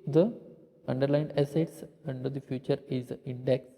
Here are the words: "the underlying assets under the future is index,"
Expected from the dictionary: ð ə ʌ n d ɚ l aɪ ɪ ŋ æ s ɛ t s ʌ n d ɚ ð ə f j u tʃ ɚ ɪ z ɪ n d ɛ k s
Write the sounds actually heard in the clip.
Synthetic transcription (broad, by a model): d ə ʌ n d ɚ l aɪ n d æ s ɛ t s ʌ n d ɚ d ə f j u tʃ ɚ ɪ z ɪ n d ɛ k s